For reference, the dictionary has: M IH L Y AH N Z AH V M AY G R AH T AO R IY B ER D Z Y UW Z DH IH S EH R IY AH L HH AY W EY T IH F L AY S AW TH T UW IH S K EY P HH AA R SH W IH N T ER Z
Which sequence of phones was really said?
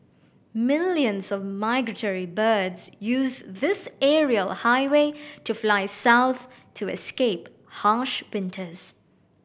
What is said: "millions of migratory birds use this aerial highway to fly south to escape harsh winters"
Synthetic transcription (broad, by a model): M IH L Y AH N Z AH V M AY G R AH T AO R IY B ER D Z Y UW Z DH IH S EH R IY AH L HH AY W EY T IH F L AY S AW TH T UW IH S K EY P HH AA SH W IH N T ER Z